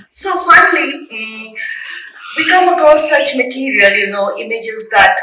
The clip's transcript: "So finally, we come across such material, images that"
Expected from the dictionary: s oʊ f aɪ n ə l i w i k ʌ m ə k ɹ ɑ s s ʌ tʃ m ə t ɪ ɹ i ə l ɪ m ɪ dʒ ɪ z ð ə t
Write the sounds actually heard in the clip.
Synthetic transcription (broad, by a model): s oʊ f aɪ n ə l i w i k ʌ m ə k ɑ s s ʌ tʃ m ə t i ɹ i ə l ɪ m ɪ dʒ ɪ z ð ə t